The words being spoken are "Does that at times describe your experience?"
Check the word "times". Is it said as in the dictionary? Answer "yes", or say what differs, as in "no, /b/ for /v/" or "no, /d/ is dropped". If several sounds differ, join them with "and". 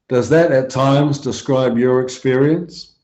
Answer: yes